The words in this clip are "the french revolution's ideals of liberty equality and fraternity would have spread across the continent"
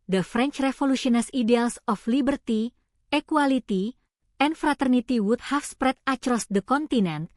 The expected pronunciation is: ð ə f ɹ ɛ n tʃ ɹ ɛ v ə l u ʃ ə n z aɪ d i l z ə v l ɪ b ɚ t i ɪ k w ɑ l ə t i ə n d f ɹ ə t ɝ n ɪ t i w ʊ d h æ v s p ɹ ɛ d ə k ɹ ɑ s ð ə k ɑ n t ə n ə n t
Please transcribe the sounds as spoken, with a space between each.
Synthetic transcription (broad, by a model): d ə f ɹ ɛ n tʃ ɹ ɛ f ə l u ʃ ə n s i d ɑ l s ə f l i b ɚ t i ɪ k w ɑ l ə t i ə n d f ɹ ə t ɝ n ɪ t i w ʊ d h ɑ f s p ɹ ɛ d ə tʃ ɹ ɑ s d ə k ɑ n t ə n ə n t